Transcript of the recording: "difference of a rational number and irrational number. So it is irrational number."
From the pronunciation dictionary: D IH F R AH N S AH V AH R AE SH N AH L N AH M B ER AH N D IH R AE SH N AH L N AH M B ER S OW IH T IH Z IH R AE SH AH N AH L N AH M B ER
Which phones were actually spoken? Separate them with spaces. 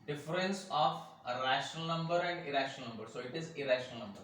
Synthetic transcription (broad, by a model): D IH F R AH N S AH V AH R AE SH N AH L N AH M B ER AH N D IH R AE SH N AH L N AH M B ER S OW IH T IH Z IH R AE SH AH N AH L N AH M B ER